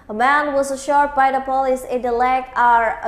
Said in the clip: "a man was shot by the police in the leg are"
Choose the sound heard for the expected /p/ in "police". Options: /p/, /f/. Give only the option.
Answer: /p/